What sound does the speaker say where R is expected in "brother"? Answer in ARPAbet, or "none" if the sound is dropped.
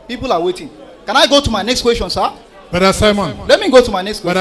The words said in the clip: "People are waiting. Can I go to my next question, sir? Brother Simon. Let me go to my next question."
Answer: none